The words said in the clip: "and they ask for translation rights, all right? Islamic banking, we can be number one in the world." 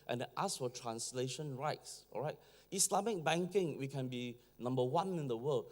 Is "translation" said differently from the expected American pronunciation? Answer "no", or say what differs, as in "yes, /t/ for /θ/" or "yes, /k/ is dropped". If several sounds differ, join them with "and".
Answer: no